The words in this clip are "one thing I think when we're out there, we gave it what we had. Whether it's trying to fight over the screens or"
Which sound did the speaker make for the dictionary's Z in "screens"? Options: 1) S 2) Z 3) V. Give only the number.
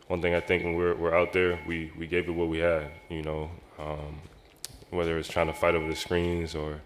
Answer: 2